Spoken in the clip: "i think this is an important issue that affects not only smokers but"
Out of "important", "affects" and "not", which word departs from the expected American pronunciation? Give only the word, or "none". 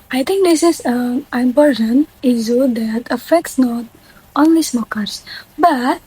none